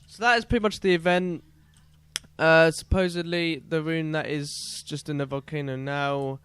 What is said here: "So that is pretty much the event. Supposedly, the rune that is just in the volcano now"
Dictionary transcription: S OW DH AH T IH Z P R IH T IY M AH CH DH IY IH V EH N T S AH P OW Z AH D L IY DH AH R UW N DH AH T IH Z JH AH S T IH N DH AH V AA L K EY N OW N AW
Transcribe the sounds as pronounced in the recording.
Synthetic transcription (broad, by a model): S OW DH AH T IH Z P R IH T IY M AH CH DH IY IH V EH N T S AH P OW Z AH D L IY DH AH R UW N DH AH T IH Z JH AH S T IH N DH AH V AA L K EY N OW N AW